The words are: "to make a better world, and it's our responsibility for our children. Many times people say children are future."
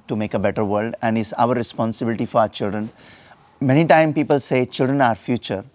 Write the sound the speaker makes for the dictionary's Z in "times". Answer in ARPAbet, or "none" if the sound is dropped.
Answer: none